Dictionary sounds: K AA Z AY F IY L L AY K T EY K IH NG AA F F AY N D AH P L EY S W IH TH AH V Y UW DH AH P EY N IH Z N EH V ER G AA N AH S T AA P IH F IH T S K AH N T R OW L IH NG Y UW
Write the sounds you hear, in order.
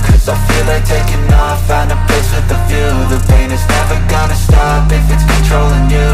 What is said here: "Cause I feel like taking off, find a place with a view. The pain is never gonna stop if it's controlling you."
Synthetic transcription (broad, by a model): K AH Z AY F IY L L AY K T EY K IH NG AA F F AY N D AH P EY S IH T AH V Y UW DH AH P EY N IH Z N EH V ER G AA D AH S T AA P IH F IH T S K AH N T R OW L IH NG Y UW